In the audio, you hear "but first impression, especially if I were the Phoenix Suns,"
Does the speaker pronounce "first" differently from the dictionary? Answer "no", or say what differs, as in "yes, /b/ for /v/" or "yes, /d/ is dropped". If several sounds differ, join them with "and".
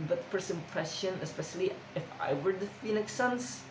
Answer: yes, /t/ is dropped